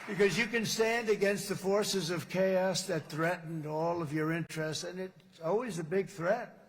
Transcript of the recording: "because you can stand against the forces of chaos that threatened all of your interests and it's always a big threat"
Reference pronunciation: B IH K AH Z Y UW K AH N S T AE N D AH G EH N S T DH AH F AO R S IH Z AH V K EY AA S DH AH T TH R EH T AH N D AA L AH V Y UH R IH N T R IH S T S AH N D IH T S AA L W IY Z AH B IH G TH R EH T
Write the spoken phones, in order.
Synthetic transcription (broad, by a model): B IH K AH Z Y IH K AH N S T AE N D AH G EH N S T DH AH F AO R S IH Z AH V K EY AA S DH AH T TH R EH T N D AA L AH V Y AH R IH N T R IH S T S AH N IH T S AA L W IY Z AH B IH G TH R EH T